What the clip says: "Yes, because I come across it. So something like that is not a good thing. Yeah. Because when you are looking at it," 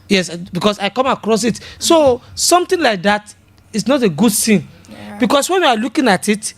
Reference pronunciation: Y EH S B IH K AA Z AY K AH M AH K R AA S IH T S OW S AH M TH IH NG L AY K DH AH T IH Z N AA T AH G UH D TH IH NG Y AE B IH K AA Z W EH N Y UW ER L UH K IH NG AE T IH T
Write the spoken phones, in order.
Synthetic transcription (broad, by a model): Y EH S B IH K AA S AY K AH M AH K R AA S IH T S OW S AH M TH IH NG L AY K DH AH T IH S N AA T AH G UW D S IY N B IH K AA S W EH N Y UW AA L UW K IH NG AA T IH T